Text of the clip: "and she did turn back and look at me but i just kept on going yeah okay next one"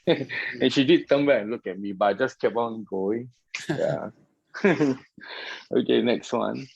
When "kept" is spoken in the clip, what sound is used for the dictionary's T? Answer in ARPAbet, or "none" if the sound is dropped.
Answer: none